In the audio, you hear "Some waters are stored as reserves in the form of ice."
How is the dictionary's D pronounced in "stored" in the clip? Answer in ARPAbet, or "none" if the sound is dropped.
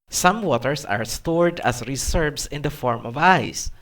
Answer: D